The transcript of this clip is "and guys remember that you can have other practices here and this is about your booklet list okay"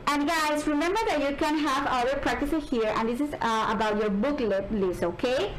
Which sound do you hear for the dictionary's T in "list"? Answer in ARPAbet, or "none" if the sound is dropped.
none